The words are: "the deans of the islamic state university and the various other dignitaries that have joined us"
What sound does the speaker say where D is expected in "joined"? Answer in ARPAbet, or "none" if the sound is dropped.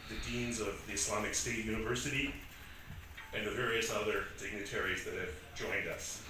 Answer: D